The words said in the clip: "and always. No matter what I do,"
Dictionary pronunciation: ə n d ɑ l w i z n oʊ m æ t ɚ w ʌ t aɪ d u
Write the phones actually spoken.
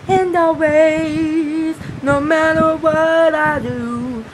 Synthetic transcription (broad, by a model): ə n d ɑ w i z n oʊ m æ t ɚ w ʌ t aɪ d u